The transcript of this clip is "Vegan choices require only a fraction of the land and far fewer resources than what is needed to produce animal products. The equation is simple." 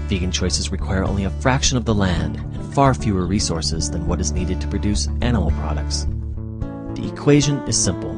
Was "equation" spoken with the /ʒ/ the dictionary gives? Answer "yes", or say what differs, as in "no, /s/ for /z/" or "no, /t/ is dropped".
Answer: yes